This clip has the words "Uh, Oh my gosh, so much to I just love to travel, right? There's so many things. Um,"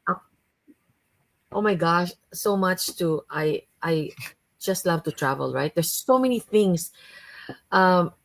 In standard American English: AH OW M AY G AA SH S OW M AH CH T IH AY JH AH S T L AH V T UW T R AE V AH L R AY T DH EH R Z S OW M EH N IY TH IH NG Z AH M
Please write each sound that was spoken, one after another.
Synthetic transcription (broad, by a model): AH OW M AY G AA SH S OW M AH CH T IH AY JH AH S T L AH V T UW T R AE V AH L R AY T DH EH R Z S OW M EH N IY TH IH NG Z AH M